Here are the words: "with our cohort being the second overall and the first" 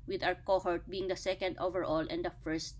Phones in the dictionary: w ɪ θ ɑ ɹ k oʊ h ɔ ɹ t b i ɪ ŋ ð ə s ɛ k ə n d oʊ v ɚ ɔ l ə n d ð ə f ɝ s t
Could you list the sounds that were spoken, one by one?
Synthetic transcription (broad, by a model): w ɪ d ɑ w k oʊ h ɔ ɹ t b i ɪ ŋ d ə s ɛ k ə n d oʊ v ɚ ɔ l ə n d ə f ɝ s t